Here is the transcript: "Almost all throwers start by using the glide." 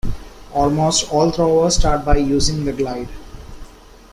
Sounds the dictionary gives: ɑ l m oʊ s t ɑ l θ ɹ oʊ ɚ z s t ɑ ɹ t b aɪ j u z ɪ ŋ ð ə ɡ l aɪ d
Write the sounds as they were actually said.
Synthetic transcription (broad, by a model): ɑ l m oʊ s t ɑ l t ɹ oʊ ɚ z s t ɑ ɹ t b aɪ j u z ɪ ŋ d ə ɡ l aɪ d